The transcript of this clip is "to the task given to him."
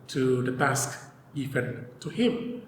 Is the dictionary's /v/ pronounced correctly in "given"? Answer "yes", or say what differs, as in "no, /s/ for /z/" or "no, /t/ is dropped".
no, /f/ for /v/